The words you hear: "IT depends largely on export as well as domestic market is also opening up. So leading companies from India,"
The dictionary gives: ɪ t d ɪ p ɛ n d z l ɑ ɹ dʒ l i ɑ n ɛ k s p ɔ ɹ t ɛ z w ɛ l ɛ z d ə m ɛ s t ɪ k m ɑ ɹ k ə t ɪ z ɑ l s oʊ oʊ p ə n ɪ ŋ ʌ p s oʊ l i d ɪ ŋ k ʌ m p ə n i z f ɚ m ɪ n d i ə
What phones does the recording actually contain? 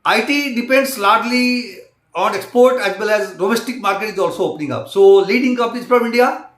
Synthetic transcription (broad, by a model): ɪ t d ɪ p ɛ n d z l ɑ ɹ dʒ l i ɑ n ɛ k s p ɔ ɹ t ɛ z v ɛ l ɛ z d ə m ɛ s t ɪ k m ɑ ɹ k ə t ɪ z ɑ l s oʊ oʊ p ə n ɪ ŋ ʌ p s oʊ l i d ɪ ŋ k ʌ p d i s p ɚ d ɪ n d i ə